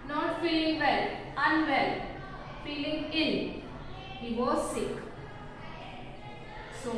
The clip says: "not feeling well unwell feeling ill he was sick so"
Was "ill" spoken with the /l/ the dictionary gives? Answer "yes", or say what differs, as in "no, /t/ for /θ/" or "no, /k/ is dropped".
no, /n/ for /l/